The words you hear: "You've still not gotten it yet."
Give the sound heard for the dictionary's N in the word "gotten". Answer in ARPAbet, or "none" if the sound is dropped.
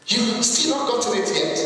none